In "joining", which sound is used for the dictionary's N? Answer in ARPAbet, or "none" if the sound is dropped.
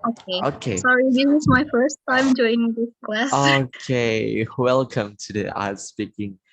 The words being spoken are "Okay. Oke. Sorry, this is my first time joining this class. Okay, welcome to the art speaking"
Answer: none